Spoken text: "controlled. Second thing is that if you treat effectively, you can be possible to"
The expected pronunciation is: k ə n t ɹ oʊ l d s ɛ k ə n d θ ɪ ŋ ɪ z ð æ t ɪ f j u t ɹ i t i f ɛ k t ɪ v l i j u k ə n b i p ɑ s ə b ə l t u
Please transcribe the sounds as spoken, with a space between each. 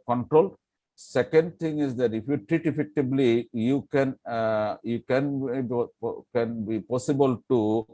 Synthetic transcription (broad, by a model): k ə n t ɹ oʊ l s ɛ k ə n d t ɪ ŋ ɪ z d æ t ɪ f j u t ɹ i t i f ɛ k t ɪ b l i j u k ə n b i p ɑ s ə b ə l t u